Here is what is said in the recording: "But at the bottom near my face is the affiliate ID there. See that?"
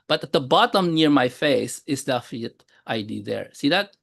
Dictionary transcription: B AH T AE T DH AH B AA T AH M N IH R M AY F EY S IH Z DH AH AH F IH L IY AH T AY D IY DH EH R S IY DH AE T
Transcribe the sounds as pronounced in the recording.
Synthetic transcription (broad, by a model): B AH T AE T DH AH B AA T AH M N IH R M AY F EY S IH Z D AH F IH N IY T T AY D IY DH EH R S IY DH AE T